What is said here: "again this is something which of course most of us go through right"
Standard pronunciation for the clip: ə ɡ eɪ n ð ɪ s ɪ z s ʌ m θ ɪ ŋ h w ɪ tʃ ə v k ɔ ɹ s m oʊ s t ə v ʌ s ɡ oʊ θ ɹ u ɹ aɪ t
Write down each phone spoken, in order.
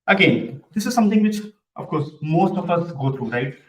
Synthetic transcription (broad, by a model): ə ɡ eɪ n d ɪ s ɪ z s ʌ m t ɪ ŋ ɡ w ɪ tʃ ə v k ɔ ɹ s m oʊ s t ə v ʌ s ɡ oʊ t ɹ u ɹ aɪ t